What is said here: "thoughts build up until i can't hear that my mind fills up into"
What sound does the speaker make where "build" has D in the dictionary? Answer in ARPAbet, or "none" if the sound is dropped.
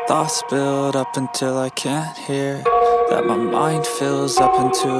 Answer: D